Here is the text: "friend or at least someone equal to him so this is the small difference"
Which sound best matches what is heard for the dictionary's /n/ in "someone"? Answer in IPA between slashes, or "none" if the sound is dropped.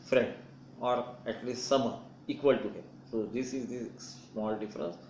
none